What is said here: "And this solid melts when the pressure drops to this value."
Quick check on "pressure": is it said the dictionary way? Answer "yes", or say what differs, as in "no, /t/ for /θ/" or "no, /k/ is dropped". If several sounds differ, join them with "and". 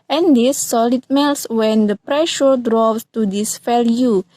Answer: yes